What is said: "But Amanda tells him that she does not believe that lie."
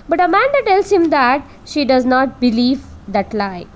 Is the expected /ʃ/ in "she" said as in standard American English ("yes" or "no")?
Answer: yes